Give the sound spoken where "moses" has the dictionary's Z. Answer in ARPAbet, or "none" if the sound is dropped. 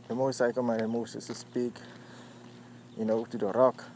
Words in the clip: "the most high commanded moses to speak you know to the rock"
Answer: S